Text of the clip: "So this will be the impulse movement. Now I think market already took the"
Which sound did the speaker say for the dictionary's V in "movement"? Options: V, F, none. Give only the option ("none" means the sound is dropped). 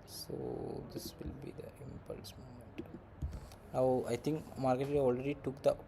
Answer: none